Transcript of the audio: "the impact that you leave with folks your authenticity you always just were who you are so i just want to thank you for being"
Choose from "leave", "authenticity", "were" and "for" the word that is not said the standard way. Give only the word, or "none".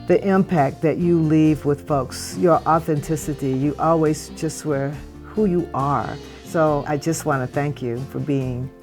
none